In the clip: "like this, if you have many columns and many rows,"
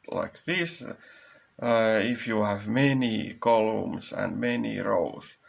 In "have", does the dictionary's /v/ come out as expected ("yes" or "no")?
yes